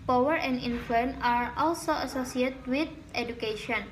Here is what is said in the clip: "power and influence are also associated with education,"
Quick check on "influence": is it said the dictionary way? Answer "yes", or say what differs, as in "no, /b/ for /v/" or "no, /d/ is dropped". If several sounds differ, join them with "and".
no, /s/ is dropped